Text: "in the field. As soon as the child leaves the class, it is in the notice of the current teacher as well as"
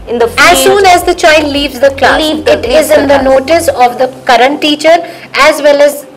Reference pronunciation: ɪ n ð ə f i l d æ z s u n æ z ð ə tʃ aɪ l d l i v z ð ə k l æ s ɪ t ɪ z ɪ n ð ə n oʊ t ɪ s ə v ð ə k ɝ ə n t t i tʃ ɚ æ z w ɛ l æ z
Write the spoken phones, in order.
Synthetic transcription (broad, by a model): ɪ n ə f æ z s u n æ z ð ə tʃ aɪ l d l i v z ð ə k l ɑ ɪ t ɪ z ɪ n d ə n oʊ t ɪ s ə v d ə k ɝ ə n t t i tʃ ɚ æ z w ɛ l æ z